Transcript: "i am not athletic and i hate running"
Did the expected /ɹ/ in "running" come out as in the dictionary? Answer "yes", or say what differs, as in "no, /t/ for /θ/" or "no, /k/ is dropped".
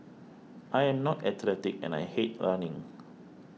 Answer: no, /l/ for /ɹ/